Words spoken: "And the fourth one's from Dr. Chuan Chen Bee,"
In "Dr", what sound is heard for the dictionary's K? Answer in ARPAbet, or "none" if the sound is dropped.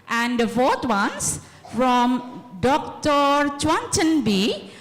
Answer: K